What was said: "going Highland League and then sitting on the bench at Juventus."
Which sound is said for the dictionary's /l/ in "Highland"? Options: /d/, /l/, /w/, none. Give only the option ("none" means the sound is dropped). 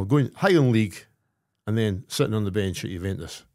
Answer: none